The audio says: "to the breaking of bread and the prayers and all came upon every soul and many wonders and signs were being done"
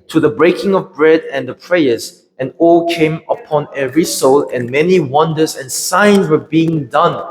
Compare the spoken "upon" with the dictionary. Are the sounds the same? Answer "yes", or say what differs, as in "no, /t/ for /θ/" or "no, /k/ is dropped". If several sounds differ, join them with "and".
yes